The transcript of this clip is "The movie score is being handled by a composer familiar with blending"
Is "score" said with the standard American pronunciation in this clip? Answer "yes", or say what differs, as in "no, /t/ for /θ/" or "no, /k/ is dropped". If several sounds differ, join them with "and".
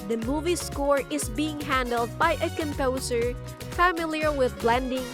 yes